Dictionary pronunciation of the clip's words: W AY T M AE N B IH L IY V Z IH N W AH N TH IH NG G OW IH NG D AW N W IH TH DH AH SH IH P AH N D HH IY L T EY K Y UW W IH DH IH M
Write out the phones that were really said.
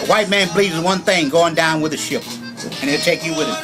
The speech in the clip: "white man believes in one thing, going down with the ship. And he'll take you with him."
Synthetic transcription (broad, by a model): W AY T M AE N B L IY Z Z W AH N TH IH NG G OW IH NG D AW N W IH DH AH SH IH P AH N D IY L T EY K Y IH W IH DH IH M